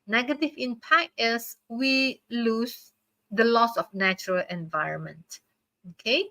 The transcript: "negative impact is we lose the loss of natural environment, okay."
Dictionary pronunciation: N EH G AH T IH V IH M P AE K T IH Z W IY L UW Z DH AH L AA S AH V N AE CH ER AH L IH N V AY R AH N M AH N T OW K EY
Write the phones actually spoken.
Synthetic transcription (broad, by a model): N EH G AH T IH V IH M P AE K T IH S W IY L UW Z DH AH L AA S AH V N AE CH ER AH L IH N V AY R AH N M AH N T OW K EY